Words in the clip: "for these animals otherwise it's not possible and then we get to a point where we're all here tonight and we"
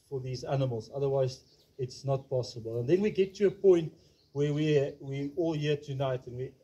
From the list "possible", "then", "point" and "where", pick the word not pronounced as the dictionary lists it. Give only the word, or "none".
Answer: where